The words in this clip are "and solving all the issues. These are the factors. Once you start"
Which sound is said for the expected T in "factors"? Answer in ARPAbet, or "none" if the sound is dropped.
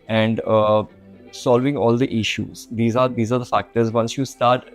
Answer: T